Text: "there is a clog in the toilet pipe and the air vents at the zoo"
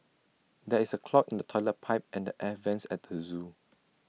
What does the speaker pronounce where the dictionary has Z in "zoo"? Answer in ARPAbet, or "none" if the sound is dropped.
Z